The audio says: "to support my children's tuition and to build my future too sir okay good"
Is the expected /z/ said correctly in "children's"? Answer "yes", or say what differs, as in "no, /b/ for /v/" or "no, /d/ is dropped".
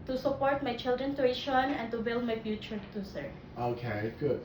no, /z/ is dropped